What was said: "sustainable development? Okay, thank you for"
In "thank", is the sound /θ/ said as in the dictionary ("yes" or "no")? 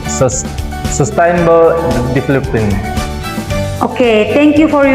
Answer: no